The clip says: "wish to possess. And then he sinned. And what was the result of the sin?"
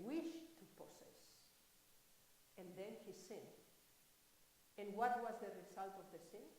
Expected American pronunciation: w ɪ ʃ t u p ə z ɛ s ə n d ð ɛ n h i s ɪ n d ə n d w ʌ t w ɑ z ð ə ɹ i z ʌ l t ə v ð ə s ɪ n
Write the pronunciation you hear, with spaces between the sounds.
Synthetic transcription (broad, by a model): w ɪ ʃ t u p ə s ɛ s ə n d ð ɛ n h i s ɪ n ə n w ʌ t w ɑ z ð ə ɹ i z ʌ l t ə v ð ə s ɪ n